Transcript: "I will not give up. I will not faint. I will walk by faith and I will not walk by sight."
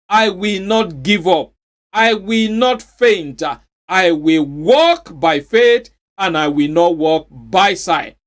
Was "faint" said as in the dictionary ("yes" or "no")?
yes